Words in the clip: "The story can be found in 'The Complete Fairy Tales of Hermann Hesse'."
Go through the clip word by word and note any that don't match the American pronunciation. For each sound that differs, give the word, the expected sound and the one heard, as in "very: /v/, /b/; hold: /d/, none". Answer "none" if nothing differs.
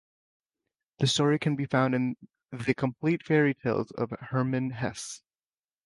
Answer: none